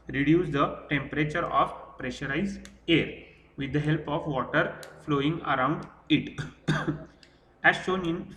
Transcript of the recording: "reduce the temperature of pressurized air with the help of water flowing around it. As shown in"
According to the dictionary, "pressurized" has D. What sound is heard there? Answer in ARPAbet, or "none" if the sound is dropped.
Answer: none